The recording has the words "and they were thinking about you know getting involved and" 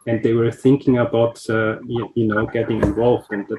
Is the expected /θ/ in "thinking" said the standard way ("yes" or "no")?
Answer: yes